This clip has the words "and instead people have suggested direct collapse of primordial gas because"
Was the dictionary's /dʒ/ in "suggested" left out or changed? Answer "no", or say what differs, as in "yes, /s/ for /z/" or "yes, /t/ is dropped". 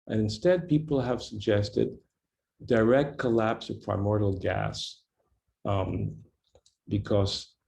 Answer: no